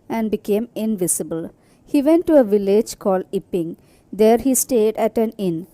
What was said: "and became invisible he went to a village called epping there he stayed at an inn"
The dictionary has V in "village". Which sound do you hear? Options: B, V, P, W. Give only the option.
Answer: V